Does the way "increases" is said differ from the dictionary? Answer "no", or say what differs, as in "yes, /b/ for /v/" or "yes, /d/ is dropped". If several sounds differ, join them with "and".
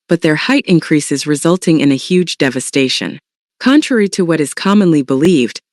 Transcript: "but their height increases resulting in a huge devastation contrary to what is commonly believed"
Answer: no